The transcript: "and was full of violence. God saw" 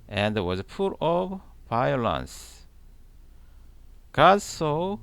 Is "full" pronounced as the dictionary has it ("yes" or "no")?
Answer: no